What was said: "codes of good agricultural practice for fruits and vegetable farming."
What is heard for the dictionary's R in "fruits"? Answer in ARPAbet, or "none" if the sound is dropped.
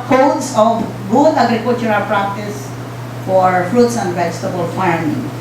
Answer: R